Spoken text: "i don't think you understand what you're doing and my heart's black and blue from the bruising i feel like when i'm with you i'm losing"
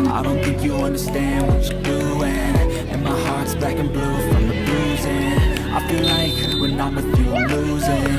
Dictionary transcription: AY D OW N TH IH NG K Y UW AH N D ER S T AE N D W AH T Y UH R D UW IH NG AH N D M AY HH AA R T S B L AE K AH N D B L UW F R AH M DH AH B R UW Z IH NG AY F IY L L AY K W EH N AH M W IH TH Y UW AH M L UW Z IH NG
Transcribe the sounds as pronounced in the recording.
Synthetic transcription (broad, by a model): AY D OW N TH IH NG K Y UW AH N D ER S T AE N D W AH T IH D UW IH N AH N M AY HH AA R T S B AE K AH N B L UW F R AH M DH AH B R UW Z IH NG AY F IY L L AY K W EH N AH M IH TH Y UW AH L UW Z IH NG